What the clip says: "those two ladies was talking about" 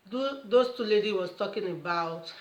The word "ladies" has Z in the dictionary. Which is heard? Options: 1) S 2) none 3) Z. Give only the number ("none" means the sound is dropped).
2